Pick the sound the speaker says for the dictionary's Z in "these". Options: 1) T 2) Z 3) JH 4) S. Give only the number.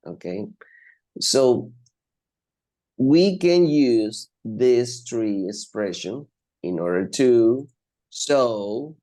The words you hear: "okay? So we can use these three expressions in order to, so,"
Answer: 4